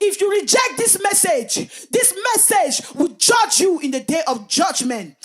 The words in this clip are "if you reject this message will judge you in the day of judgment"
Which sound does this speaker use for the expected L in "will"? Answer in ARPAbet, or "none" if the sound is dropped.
W